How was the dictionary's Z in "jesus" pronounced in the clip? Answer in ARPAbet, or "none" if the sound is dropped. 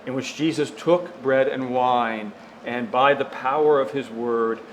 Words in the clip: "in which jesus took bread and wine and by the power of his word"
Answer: Z